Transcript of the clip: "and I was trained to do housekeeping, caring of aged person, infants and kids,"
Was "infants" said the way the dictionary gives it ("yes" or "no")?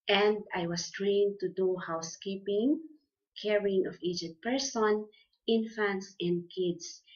yes